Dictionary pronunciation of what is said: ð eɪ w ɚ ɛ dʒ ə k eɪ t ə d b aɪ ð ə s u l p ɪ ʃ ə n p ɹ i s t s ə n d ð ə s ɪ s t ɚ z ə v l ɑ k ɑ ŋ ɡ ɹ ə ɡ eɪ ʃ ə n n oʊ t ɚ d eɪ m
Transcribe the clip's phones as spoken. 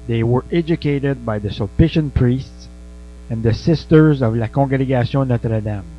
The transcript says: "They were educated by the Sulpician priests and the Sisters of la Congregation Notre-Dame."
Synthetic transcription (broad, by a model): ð eɪ w ɚ ɛ dʒ ə k eɪ t ə d b aɪ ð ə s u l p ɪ ʃ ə n p ɹ i s t s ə n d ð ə s ɪ s t ɚ z ə v l ɑ k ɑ ɡ ɹ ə ɡ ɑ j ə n n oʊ t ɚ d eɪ m